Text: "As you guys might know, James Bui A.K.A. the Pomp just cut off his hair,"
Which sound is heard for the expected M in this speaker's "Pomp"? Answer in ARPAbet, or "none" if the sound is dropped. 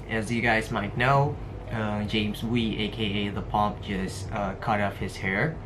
M